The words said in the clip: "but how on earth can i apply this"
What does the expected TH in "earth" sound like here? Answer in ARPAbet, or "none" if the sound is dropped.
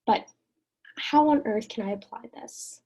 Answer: TH